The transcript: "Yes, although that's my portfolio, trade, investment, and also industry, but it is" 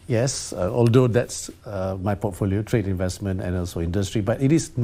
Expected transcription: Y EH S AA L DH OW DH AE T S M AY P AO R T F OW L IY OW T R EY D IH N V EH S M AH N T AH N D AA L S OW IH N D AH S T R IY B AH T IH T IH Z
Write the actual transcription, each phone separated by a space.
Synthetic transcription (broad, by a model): Y EH S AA L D OW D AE T S M AY P AO T F OW L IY OW T R EY D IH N V EH S M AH N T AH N AA L S OW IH N D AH S T R IY B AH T IH T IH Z